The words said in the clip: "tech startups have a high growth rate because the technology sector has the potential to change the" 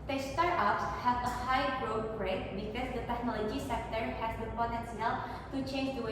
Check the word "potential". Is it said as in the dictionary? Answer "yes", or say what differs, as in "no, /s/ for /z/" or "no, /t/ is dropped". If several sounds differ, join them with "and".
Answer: no, /s/ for /ʃ/